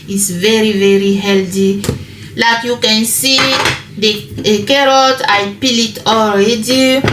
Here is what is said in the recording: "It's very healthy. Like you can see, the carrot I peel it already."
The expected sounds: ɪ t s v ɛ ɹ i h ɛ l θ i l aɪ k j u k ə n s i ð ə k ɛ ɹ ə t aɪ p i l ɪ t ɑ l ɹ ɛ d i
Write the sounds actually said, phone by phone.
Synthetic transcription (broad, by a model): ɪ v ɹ v ɛ ɹ i h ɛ l t i l aɪ k j u k ə n s i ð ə k ɛ ɹ ə t aɪ p i l ɪ t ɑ l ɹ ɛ d i